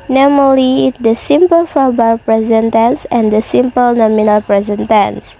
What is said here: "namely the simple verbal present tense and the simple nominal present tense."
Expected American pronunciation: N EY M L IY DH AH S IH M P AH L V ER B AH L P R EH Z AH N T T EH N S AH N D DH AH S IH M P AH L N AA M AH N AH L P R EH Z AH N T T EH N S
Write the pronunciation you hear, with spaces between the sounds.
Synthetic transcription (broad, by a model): N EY M L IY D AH S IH M P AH L F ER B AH P R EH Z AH N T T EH N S AH N D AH S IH M P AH L N AA M AH N AH L P R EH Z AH N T T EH N S